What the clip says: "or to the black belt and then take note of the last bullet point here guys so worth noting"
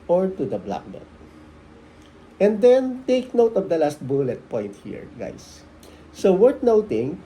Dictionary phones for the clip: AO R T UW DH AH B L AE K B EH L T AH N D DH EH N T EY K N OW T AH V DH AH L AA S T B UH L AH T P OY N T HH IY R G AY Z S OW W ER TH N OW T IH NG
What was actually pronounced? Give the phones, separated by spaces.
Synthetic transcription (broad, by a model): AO R T UW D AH B L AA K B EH T AH N D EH N T EY K N OW T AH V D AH L AA S T B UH L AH T P OY N T HH IY R G AY S OW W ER T N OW T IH NG